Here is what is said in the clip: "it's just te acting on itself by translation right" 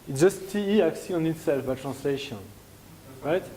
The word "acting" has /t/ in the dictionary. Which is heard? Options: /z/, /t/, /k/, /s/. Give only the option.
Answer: /s/